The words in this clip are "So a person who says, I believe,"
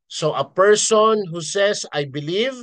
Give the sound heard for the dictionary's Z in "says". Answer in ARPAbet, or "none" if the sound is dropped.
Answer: S